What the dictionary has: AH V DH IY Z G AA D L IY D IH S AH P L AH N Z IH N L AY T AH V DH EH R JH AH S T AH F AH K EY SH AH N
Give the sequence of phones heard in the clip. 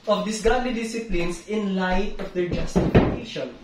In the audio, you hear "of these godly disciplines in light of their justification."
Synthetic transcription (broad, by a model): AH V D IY S G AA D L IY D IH S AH P L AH N S IH N L AY T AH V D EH R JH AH S T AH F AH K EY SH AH N